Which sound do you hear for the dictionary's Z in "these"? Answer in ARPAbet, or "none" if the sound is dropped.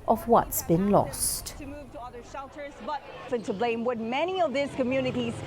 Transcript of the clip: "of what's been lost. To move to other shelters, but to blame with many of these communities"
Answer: S